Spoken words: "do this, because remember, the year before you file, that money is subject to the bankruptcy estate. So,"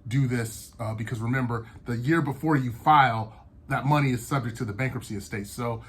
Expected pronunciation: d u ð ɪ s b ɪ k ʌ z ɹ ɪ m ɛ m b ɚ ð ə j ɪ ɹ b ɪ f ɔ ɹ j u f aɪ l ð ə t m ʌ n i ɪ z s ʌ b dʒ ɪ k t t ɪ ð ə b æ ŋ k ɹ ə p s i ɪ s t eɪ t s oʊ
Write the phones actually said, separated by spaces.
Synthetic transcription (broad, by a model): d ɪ ð ɪ s b ɪ k ʌ z ɹ ɪ m ɛ m b ɚ ð ə j ɪ ɹ b ɪ f ɔ ɹ j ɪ f aɪ l ð ə t m ʌ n i ɪ z s ʌ b dʒ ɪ k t t ɪ ð ə b æ ŋ k ɹ ə p s i ɪ s t eɪ t s oʊ